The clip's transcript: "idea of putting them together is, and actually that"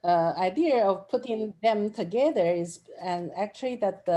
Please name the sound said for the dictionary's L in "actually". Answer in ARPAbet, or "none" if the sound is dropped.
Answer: L